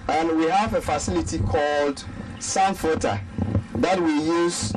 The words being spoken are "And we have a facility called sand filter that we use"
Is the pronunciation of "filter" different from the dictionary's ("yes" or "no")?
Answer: yes